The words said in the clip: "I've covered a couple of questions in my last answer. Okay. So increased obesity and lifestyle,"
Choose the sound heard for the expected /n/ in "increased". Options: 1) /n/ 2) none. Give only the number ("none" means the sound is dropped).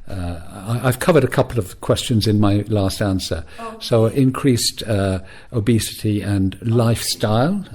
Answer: 1